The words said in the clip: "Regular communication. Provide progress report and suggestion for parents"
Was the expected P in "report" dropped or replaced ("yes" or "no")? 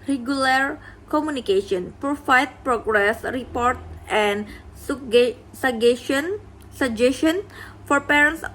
no